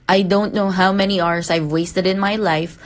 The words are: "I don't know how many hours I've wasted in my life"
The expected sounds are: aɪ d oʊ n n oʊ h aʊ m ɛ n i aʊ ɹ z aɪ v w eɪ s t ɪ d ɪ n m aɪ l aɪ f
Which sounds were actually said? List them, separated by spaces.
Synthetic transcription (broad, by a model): aɪ d oʊ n n oʊ h aʊ m ɛ n i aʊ ɹ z aɪ v w eɪ s t ɪ d ɪ n m aɪ l aɪ f